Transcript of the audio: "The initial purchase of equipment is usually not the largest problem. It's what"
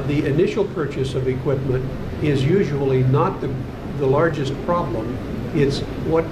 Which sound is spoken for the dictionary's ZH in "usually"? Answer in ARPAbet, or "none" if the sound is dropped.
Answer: ZH